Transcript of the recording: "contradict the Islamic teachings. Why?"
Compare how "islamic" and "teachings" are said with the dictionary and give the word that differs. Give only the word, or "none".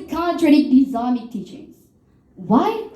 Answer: islamic